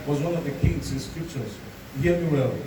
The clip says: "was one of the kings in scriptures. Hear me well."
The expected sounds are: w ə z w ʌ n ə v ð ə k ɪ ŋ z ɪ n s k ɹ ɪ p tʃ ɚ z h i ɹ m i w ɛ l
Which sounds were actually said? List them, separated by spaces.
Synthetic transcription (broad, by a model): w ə z w ʌ n ə v ð ə k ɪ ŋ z ɪ n s k ɹ ɪ p tʃ ɚ z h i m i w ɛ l